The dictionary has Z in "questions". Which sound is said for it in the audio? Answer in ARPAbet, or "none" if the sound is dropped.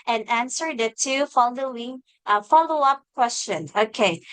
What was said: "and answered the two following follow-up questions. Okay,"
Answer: none